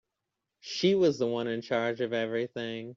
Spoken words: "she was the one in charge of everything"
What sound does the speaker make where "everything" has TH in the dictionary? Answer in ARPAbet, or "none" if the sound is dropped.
TH